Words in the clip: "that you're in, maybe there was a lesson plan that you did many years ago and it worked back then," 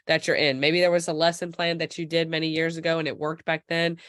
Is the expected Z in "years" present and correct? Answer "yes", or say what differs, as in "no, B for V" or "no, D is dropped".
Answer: yes